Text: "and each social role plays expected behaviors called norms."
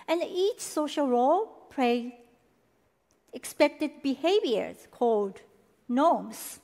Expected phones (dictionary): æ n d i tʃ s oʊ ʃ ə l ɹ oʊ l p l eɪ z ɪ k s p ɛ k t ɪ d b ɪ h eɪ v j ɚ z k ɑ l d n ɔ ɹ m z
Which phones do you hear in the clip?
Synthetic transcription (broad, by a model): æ n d i tʃ s oʊ ʃ ə l ɹ oʊ l p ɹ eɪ ɪ k s p ɛ k t ɪ d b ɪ h eɪ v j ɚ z k ɑ l d n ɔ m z